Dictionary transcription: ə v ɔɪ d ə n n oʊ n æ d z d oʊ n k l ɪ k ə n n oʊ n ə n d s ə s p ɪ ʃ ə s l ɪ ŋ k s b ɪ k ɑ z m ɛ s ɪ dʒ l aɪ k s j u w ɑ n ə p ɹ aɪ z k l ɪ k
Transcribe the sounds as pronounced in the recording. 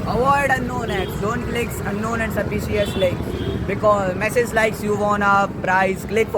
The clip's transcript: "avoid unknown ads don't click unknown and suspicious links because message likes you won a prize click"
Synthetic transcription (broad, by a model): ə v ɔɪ d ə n n oʊ n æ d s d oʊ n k l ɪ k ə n n oʊ n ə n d s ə p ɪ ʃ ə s l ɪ k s b ɪ k ɑ z m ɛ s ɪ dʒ l aɪ k s j u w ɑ n ə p ɹ aɪ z k l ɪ k